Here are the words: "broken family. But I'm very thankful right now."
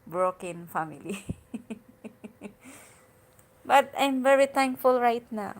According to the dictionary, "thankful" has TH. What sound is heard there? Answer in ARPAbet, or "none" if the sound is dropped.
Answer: T